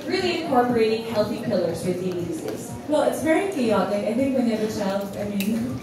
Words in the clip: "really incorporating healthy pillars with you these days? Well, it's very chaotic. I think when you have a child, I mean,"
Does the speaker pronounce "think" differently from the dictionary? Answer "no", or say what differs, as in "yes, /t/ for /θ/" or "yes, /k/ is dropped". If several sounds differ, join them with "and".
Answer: no